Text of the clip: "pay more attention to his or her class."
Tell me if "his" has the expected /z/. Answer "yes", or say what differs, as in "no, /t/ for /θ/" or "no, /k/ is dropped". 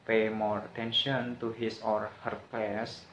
no, /s/ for /z/